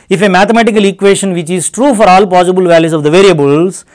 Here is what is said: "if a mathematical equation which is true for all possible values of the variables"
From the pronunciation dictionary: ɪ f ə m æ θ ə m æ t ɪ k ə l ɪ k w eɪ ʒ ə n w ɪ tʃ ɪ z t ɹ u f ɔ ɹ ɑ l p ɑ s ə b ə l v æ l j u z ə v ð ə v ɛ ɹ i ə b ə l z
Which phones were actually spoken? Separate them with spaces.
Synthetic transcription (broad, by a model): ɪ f ə m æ t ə m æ t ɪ k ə l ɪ k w eɪ ʃ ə n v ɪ tʃ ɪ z t ɹ u f ɔ ɹ ɑ l p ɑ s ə b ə l v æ l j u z ə v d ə v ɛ ɹ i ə b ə l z